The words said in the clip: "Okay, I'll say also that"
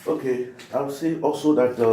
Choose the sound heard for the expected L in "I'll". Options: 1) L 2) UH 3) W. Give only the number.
3